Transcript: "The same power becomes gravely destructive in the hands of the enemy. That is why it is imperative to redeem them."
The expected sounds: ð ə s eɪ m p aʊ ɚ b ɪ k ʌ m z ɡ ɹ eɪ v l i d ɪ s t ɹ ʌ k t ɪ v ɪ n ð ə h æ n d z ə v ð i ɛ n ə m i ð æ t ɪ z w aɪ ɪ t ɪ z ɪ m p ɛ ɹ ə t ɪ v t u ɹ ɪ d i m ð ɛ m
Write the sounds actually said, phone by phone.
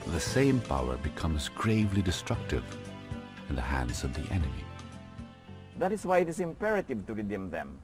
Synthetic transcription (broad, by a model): ð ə s eɪ m p aʊ ɚ b ɪ k ʌ m z ɡ ɹ eɪ v l i d ɪ s t ɹ ʌ k t ɪ v ɪ n ð ə h æ n d z ə v ð i ɛ n ə m i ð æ t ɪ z w aɪ ɪ t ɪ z ɪ m p ɛ ɹ ə t ɪ v t u ɹ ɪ d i m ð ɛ m